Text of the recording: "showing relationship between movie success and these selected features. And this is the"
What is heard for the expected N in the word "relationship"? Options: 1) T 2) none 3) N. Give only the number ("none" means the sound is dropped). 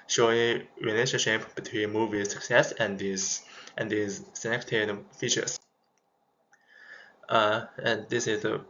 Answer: 2